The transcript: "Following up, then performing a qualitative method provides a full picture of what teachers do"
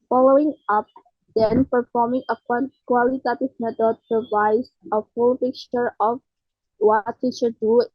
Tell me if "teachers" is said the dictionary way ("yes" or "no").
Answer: no